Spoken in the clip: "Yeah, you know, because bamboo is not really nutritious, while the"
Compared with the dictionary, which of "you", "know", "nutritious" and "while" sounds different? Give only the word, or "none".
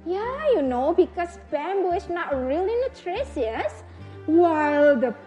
nutritious